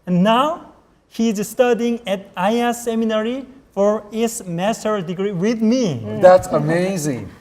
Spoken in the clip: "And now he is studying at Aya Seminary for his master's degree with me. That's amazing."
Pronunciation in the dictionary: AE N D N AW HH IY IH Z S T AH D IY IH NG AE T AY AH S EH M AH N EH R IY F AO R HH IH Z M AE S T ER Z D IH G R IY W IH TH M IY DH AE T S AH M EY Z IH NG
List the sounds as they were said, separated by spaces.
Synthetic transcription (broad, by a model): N N AW HH IY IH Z S T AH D IY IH NG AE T AY AH S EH M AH N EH R IY F AO R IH S M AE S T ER D IH G R IY W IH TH M IY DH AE T S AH M EY Z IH NG